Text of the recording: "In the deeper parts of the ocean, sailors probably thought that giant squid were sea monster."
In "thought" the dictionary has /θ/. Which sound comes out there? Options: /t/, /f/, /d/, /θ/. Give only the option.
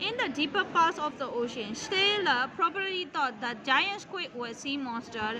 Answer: /t/